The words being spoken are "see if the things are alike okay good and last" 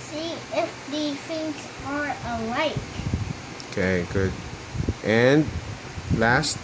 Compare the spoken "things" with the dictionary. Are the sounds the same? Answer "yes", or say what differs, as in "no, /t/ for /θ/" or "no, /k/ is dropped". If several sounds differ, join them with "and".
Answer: no, /f/ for /θ/